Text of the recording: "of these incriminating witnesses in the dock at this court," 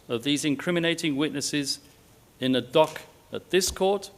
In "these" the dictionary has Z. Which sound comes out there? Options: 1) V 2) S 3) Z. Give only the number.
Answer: 3